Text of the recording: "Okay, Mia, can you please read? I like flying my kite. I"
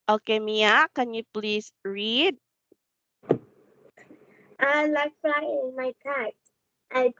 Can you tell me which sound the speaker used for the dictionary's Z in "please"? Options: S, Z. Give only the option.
S